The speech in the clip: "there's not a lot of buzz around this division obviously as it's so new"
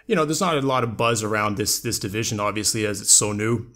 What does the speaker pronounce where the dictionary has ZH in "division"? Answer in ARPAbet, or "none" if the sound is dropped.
ZH